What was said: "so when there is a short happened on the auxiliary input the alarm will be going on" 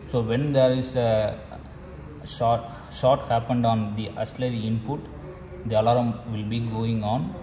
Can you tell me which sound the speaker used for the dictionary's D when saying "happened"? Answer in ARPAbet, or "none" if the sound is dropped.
D